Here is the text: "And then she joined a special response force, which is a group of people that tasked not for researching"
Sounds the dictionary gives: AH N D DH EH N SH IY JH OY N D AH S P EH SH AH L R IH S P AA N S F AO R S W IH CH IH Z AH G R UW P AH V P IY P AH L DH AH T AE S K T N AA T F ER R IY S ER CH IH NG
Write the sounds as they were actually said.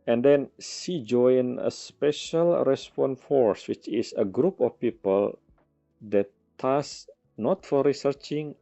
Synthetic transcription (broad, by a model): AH N D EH N S IY JH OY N AH S P EH SH AH L R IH S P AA N F AO R S W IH CH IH S AH G R UW P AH F P IY P AH L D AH T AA S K N AA T F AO R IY S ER CH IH NG